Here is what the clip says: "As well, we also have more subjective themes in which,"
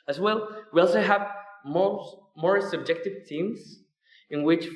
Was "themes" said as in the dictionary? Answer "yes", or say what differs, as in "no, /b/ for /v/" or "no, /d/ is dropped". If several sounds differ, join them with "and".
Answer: no, /t/ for /θ/